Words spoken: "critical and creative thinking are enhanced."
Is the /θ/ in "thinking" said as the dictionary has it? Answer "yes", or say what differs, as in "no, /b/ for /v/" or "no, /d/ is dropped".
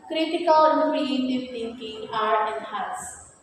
no, /t/ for /θ/